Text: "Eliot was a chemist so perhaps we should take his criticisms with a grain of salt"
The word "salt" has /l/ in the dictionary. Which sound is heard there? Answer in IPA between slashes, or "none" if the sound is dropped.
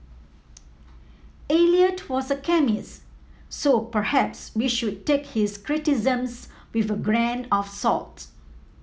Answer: /l/